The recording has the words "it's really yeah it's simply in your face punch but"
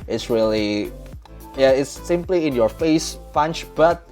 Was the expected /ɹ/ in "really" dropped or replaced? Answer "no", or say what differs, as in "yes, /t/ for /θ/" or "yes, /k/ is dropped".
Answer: no